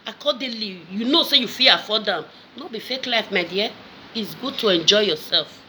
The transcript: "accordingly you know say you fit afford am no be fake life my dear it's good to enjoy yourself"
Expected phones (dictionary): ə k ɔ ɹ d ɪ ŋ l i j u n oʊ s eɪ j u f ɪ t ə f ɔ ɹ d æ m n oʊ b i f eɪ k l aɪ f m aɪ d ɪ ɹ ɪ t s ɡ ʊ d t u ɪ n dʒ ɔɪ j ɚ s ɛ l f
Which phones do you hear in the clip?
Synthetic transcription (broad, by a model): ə k ɔ d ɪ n l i j u n oʊ s eɪ j u f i ə f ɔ d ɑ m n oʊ b i f eɪ k l aɪ f m aɪ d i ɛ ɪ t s ɡ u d t u ɪ n dʒ ɔɪ j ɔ s ɛ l f